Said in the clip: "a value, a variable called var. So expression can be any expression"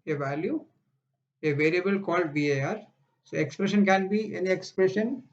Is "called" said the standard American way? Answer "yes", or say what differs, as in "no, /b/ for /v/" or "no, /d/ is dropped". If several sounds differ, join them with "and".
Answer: yes